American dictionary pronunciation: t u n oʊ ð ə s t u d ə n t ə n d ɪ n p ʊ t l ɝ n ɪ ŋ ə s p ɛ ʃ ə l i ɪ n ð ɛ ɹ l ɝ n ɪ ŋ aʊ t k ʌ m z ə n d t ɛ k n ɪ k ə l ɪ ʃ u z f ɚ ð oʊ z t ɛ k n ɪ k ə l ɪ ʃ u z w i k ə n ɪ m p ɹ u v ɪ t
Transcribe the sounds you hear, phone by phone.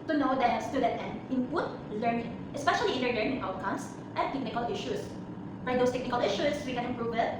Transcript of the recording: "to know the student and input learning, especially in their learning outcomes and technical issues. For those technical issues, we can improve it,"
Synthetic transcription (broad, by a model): t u n oʊ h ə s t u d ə t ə n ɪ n p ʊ t l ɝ n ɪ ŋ ə s p ɛ ʃ ə l i ɪ n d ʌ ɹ l ɝ n ɪ ŋ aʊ t k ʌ m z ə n t ɛ k n ɪ k ə l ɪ ʃ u s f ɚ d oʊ s t ɛ k n ɪ k ə l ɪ ʃ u s w i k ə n ɪ m p ɹ u v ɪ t